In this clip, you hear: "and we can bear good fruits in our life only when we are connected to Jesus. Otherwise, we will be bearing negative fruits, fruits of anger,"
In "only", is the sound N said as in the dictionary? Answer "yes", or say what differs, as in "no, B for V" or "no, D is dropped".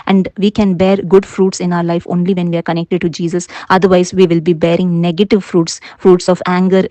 yes